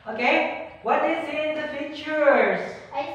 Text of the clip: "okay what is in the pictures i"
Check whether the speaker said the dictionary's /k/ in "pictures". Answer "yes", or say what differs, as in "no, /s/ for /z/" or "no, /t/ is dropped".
no, /k/ is dropped